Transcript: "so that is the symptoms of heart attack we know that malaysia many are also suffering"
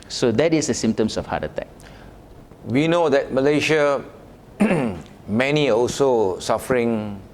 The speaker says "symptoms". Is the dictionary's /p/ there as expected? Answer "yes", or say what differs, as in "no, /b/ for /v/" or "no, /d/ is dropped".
no, /p/ is dropped